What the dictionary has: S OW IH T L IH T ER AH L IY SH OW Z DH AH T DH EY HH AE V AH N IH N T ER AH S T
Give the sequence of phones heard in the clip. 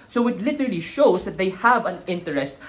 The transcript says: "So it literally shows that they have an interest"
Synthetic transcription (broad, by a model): S OW IH T L IH T ER AH L IY SH OW S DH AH T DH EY HH AE V AH N IH N T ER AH S T